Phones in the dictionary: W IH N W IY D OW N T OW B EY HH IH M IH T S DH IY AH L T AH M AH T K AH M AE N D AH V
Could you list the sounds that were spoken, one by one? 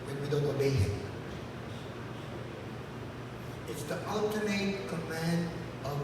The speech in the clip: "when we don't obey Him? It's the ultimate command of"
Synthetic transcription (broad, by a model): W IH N W IY D OW N T OW B EY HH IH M IH T S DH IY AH L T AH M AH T K AH M AE N D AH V